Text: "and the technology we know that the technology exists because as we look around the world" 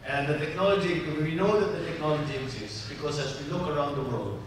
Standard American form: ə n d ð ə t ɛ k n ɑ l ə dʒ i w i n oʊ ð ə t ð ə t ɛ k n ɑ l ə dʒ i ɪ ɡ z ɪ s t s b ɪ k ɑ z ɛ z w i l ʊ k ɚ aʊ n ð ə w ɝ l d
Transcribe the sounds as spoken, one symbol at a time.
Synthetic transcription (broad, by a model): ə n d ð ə t ɛ k n ɑ l ə dʒ i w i n oʊ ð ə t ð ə t ɛ k n ɑ l ə dʒ i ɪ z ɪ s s b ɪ k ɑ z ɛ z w i l ʊ k ɚ aʊ n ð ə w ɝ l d